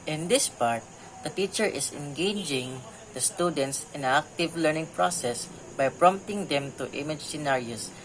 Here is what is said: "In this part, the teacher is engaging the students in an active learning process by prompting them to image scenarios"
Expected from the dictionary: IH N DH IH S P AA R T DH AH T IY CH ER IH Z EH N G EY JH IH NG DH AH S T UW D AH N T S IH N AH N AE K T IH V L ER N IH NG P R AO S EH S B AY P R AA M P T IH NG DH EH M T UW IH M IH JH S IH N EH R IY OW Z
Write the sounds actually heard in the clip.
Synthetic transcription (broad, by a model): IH N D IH S P AA R T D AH T IY CH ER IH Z EH N G EY JH IH NG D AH S T UW D AH N T S IH N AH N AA K T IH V L ER N IH NG P R AO S EH S B AY P R AA M P T IH NG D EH M T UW IH M IH JH S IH N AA R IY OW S